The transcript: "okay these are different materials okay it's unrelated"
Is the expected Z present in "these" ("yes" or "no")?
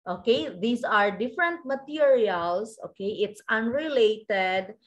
no